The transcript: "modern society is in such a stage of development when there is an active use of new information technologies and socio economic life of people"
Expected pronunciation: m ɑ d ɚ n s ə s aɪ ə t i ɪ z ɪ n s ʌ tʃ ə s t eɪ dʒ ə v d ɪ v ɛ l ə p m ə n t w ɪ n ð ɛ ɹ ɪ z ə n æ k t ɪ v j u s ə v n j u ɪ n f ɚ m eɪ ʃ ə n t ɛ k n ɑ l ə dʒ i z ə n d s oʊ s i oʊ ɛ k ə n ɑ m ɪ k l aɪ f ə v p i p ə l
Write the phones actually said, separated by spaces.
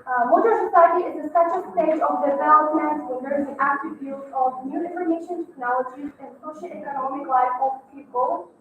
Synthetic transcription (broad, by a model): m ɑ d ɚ s ə s aɪ ə t i ɪ z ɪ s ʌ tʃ ə s t eɪ dʒ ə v d ɪ v ɛ l ə p m ə n t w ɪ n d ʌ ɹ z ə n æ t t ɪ b j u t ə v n j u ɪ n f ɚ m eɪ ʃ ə n t ɛ k n ɑ l ə dʒ i z ə n d s oʊ ʃ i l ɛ k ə n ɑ m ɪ k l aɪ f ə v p i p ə l